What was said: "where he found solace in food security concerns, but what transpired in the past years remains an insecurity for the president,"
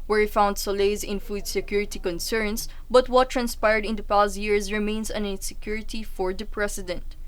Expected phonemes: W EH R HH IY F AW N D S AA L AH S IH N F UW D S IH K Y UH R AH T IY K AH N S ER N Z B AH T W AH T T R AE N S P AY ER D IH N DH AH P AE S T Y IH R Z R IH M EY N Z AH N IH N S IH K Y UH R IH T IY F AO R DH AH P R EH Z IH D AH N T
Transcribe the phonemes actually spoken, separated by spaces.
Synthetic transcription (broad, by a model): W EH R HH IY F AW N D S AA L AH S IH N F UW D S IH K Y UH R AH T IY K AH N S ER N S B AH T W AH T T R AE N S P AY ER D IH N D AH P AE S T Y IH R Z R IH M EY N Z AH N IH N S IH K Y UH R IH T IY F AO R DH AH P R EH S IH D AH N T